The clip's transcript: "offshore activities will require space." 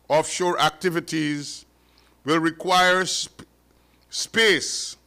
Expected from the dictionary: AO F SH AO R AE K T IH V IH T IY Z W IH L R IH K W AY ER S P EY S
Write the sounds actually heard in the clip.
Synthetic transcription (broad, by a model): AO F SH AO R AE K T IH V IH T IY Z W IH L R IH K W AY ER S P EY S